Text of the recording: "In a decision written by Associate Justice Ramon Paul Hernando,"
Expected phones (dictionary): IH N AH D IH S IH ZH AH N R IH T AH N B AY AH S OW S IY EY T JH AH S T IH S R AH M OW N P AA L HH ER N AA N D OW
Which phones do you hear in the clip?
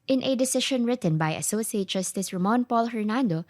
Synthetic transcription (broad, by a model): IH N AH D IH S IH SH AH N R IH T AH N B AY AH S OW S IY EY T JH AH S T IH S R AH M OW N P AA L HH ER N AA N D OW